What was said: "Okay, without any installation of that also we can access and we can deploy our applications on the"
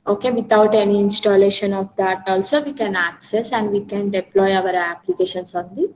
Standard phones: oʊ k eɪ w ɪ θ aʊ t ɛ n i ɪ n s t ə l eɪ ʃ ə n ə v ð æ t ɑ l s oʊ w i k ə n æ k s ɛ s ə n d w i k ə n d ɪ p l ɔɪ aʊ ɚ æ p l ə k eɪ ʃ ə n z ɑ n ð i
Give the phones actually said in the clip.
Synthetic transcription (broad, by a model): oʊ k eɪ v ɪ t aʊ t ɛ n i ɪ n s t ə l eɪ ʃ ə n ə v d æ t ɑ l s oʊ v i k ə n æ k s ɛ s ə n d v i k ə n d ɪ p l ɔɪ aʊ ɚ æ p l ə k eɪ ʃ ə n s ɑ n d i